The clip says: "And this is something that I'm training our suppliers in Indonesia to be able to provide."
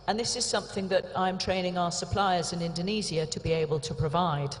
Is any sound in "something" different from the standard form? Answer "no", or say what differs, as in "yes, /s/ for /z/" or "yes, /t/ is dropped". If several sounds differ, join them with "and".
no